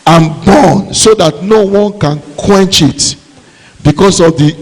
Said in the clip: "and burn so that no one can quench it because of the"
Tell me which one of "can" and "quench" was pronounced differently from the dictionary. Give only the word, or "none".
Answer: none